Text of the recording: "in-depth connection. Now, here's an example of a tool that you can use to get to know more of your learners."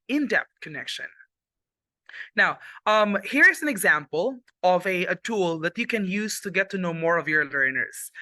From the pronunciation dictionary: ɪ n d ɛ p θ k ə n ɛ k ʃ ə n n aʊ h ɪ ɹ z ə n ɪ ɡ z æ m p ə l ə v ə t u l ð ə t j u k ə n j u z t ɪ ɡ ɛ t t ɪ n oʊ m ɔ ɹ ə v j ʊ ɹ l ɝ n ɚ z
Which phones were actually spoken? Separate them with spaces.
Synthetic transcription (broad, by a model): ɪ n d ɛ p t k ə n ɛ k ʃ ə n n aʊ h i ɹ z ə n ɪ ɡ z æ m p ə l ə v ə t u l ð ə t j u k ə n j u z t ɪ ɡ ɛ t t ɪ n oʊ m ɔ ɹ ə v j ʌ ɹ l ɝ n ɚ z